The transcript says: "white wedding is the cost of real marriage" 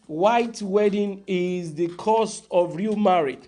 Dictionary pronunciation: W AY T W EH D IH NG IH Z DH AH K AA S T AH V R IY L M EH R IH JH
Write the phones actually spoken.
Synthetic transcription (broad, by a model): W AY T W EH D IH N IH Z DH AH K AA S T AH V R IY L M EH R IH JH